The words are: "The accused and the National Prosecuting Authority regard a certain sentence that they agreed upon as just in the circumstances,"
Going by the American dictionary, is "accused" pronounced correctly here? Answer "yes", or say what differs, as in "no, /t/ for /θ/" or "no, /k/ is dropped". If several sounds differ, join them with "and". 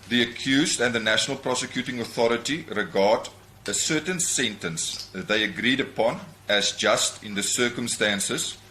yes